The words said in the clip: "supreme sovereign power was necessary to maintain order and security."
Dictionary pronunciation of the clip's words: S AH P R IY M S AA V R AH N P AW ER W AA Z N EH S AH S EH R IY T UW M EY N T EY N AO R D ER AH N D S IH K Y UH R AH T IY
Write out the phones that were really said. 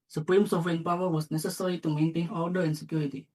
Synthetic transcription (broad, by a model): S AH P R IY M S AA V AH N P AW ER W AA S N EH S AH S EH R IY T UW M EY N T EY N AO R D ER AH N S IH K Y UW R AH T IY